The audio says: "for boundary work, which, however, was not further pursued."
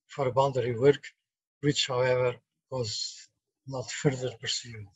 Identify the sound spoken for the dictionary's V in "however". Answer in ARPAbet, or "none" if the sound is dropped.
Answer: V